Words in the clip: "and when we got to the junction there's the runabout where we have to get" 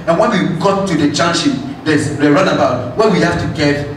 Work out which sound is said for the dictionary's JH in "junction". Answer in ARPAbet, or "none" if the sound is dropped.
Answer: CH